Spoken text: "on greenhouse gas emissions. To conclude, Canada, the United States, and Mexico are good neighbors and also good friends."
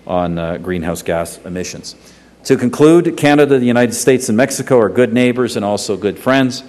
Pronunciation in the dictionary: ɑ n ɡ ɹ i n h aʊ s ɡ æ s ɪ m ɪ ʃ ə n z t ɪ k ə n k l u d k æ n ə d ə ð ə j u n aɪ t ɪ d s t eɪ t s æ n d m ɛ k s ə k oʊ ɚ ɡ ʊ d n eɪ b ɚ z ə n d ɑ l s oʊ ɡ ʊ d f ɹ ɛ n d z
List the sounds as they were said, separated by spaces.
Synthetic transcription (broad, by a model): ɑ n ɡ ɹ i n h aʊ s ɡ æ s ɪ m ɪ ʃ ə n z t ɪ k ə n k l u d k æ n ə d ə ð ə j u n aɪ t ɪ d s t eɪ t s n m ɛ k s ə k oʊ ɚ ɡ ʊ d n eɪ b ɚ z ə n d ɑ l s oʊ ɡ ʊ d f ɹ ɛ n d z